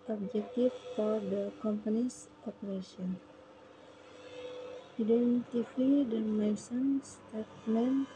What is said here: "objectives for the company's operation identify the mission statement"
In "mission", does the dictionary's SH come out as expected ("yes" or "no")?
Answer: no